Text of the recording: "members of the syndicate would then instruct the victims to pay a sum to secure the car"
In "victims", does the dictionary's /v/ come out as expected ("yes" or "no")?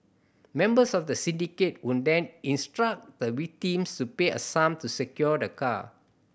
no